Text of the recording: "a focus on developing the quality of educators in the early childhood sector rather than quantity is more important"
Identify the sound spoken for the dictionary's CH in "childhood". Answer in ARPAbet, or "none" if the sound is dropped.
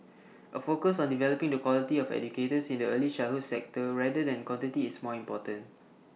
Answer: SH